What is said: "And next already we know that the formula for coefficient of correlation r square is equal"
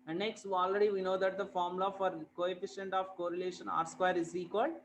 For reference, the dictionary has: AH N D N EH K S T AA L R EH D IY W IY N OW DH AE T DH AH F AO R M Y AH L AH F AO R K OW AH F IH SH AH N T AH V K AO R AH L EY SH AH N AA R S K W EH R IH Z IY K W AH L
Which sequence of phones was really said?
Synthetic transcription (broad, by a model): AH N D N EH K S T AA L R EH D IY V IY N OW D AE T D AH F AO R M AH L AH F AO R K OW AH F IH SH AH N T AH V K AO R AH L EY SH AH N AA R S K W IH R IH Z IY K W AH L